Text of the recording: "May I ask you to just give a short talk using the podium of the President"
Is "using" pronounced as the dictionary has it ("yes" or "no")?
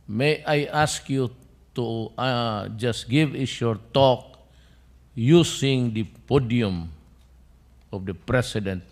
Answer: no